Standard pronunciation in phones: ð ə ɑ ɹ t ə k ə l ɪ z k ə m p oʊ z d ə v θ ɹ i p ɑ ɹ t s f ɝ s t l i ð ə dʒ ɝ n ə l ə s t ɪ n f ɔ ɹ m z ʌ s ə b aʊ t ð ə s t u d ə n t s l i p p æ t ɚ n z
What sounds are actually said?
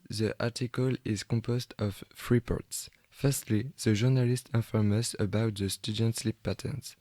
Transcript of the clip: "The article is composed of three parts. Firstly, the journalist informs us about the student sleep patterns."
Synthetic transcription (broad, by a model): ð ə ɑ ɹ t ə k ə l ɪ z k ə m p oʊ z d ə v f ɹ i p ɑ ɹ t s f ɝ s t l i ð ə ʒ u n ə l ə s t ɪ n f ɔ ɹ m ʌ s ə b aʊ t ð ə s t u d ə n t s l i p p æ t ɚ n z